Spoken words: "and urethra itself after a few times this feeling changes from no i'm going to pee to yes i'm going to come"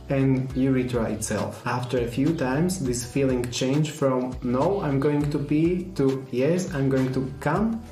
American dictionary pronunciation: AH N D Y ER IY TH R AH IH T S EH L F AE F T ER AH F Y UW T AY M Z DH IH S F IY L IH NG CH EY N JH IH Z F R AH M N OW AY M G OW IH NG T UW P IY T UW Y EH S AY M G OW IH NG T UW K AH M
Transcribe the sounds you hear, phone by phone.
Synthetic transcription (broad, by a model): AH N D Y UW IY T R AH IH T S EH L F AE F T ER AH F Y UW T AY M S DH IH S F IY L IH NG CH EY N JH F R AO M N OW AY M G OW IH NG T UW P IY T UW Y EH S AY M G OW IH NG T UW K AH M